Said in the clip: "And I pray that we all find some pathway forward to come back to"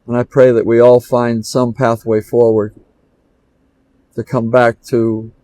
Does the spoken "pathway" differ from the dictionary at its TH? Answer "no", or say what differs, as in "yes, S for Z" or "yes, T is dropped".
no